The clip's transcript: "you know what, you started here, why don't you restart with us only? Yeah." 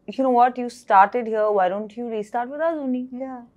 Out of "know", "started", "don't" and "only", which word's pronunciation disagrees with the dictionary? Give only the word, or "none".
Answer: only